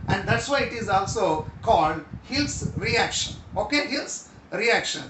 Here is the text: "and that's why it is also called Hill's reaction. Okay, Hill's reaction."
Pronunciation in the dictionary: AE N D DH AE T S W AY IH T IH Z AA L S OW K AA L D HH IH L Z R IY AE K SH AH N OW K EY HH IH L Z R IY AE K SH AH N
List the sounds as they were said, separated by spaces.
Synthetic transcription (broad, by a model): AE N D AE T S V AY IH T IH Z AA L S OW K AA L D HH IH L S R IY AE K SH AH N OW K EY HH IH L S R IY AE K SH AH N